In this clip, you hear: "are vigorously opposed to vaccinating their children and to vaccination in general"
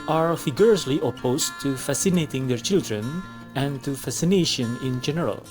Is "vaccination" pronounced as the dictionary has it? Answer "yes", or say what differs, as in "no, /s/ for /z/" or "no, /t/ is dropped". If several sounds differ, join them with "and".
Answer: no, /f/ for /v/ and /k/ is dropped